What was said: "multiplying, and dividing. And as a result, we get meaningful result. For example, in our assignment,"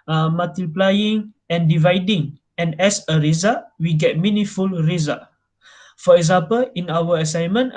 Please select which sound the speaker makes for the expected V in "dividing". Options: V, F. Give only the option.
V